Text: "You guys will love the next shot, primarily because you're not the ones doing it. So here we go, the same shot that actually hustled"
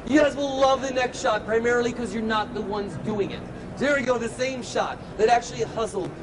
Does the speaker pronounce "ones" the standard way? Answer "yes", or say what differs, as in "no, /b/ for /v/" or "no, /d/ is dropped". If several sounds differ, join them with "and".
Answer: yes